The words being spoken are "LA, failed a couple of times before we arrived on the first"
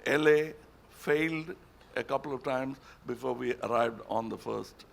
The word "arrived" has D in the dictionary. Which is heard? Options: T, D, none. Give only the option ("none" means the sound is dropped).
D